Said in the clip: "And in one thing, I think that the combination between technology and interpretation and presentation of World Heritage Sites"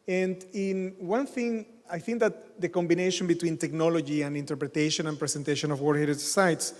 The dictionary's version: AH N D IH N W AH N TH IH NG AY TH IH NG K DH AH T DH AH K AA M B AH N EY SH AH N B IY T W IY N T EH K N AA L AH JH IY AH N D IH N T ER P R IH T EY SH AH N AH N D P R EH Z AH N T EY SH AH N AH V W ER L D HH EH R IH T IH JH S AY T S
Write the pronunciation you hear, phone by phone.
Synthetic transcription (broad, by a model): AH N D IH N W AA N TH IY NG AY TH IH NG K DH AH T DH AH K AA M B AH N EY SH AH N B IY T W IY N T EH K N AA L AH JH IY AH N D IH N T ER P R IH T EY SH AH N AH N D P R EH S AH N T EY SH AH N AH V W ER D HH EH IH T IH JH S AY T S